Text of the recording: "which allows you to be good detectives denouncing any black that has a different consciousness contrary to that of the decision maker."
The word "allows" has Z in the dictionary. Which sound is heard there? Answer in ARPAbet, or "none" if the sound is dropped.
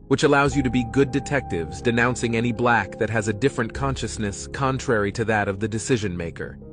Z